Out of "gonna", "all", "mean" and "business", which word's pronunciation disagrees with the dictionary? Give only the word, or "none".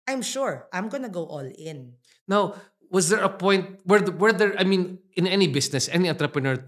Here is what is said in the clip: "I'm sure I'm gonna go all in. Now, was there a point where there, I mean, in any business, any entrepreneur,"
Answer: business